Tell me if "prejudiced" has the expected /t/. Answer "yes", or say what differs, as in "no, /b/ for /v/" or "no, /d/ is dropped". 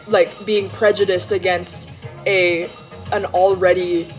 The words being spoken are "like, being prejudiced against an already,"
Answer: yes